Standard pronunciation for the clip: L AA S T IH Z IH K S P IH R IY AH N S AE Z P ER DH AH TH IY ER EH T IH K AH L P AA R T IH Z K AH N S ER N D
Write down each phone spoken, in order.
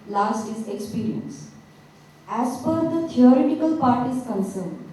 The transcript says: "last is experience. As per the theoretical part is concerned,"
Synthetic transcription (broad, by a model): L AA S T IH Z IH K S P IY R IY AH N S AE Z F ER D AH T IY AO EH T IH K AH L P AA R T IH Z K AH N S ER N D